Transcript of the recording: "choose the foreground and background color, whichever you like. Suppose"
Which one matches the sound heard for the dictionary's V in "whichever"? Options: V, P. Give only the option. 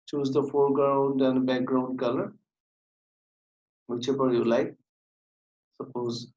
P